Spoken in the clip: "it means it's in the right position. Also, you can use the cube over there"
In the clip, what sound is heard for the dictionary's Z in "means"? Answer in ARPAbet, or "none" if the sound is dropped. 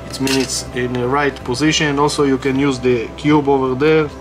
none